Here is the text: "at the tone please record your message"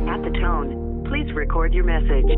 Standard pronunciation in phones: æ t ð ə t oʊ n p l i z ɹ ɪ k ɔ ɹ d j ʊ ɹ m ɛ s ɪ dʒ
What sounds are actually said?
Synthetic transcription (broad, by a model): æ t ð ə t oʊ n p l i z ɹ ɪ k ɔ ɹ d j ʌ ɹ m ɛ s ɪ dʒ